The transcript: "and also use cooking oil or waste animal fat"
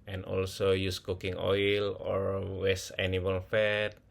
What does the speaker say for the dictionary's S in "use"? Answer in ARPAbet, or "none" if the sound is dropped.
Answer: S